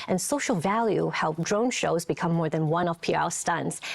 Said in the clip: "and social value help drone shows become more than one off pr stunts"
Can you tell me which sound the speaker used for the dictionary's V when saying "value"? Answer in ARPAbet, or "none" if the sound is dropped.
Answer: V